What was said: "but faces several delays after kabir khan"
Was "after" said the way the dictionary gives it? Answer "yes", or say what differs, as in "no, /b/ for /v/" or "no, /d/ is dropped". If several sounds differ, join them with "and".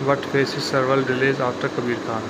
no, /f/ is dropped